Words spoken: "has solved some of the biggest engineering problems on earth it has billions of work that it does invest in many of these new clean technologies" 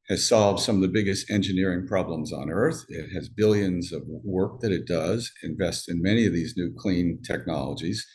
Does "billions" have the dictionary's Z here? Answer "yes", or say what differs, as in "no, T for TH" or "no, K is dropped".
yes